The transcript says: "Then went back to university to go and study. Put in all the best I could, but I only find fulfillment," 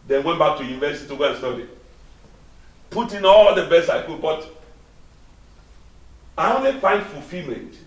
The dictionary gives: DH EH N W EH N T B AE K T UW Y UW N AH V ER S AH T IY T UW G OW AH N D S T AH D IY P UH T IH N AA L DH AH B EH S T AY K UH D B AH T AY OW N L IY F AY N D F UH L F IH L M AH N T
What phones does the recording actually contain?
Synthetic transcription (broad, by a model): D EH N W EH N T B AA K T UW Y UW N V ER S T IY T UW G OW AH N S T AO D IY P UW T IH N AA L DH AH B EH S AY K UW B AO T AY OW N L IY F AY N D F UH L F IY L M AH N T